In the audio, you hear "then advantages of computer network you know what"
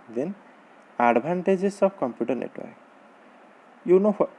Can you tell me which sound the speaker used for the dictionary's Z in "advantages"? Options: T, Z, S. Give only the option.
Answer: S